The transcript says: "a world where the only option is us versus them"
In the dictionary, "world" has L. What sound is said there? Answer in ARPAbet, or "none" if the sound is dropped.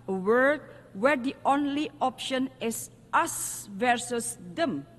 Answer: none